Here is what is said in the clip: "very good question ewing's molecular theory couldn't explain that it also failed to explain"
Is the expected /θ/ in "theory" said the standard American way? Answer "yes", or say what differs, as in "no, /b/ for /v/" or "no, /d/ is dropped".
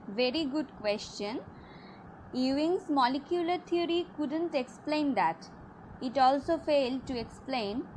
no, /t/ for /θ/